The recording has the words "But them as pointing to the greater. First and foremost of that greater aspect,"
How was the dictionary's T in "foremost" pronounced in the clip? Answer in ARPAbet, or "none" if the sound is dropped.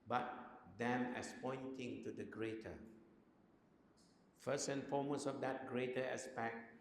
none